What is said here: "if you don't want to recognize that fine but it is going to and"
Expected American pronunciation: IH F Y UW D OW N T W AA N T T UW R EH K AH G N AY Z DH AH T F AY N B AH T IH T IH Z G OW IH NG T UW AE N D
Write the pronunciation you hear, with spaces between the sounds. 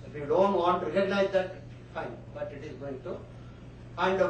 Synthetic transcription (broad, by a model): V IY D OW N T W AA N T T UW R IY AH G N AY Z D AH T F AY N B AH T IH T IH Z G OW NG T UW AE N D